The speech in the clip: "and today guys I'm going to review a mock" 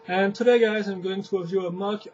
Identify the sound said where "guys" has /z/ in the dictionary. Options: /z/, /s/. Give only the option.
/z/